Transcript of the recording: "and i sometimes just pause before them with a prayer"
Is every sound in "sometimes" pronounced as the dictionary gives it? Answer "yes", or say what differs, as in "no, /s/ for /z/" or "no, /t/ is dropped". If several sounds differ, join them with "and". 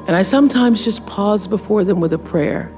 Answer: yes